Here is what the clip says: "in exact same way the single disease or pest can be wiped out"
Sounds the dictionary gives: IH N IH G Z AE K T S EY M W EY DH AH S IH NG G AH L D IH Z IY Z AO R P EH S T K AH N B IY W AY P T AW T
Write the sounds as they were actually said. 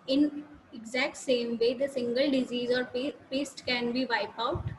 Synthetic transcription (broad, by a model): IH N IH G Z AE K T S EY M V EY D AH S IH NG G AH L D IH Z IY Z AO R P EH S T K AH N B IY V AY P AW T